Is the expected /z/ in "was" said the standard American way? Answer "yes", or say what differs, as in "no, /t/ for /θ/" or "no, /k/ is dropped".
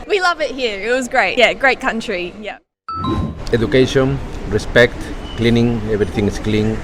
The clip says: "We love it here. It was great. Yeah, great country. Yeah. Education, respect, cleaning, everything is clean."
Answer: yes